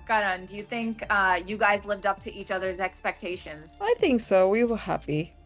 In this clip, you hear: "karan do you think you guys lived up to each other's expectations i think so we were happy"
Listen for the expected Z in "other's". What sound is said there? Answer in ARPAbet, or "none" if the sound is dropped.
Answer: Z